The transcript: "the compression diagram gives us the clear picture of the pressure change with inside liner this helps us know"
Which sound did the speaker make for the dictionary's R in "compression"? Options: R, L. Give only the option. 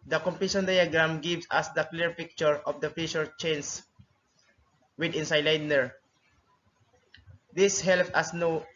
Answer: L